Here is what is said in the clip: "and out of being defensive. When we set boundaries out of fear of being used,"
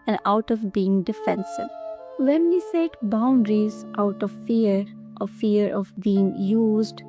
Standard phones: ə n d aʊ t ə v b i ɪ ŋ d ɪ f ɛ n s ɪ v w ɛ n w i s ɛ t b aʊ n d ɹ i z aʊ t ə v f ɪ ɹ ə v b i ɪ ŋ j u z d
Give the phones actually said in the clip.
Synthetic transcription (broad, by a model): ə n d aʊ t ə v b i ɪ ŋ d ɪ f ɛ n s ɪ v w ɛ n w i s ɛ t b aʊ n d ɹ i z aʊ t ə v f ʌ ɹ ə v b i ɪ ŋ j u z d